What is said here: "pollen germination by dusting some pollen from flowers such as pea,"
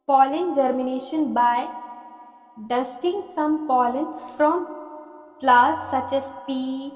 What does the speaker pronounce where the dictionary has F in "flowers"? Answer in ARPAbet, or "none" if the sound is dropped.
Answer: P